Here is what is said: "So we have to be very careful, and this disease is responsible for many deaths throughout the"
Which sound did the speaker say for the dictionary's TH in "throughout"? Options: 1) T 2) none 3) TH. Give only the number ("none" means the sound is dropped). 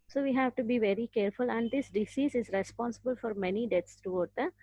1